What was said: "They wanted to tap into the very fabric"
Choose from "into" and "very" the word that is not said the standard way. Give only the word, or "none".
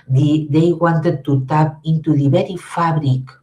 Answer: very